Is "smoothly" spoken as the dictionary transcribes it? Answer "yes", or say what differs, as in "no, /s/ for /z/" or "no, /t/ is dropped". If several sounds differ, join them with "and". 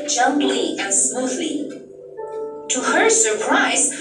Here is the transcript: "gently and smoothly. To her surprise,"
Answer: yes